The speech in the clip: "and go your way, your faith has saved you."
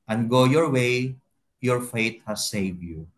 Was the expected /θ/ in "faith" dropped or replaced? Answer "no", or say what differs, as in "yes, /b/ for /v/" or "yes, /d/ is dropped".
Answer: yes, /t/ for /θ/